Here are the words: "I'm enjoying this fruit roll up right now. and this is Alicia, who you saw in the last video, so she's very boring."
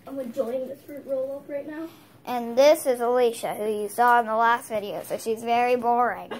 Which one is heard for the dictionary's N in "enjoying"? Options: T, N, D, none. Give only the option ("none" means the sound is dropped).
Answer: none